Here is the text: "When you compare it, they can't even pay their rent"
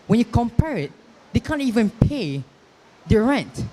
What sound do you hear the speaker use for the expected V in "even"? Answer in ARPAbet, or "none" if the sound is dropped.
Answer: V